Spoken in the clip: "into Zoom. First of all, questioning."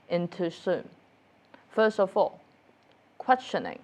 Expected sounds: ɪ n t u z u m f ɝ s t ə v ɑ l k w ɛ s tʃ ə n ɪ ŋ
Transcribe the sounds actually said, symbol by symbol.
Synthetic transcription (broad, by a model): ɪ n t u s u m f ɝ s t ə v ɑ l k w ɛ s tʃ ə n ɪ ŋ